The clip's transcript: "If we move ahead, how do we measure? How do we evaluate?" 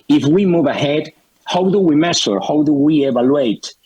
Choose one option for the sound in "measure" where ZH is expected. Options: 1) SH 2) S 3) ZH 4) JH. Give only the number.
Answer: 2